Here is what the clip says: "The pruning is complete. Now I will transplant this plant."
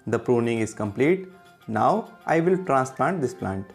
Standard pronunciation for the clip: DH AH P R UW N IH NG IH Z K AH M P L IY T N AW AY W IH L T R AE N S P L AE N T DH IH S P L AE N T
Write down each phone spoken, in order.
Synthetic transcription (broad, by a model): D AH P R UW N IH NG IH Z K AH M P L IY T N AW AY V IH L T R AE N S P L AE N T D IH S P L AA N T